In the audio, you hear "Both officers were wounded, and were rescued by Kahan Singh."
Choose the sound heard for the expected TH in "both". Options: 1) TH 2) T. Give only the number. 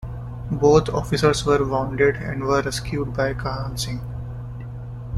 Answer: 2